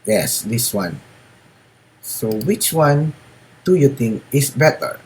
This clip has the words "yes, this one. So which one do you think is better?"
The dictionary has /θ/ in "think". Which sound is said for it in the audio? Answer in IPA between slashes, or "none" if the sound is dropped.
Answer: /t/